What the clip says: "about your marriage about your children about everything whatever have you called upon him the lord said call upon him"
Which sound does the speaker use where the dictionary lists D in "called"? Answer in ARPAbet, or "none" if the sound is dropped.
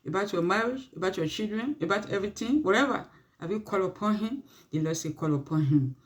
none